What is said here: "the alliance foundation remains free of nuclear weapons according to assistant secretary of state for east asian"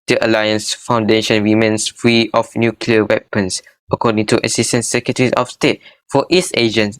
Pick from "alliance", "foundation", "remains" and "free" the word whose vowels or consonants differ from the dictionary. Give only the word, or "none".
remains